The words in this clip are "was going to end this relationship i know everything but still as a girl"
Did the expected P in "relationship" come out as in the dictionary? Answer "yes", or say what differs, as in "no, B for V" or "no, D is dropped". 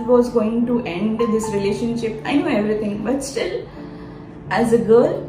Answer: yes